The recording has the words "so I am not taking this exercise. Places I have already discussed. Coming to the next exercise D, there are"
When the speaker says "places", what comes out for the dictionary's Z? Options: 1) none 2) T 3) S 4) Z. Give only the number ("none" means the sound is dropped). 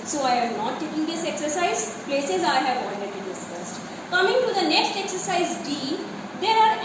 4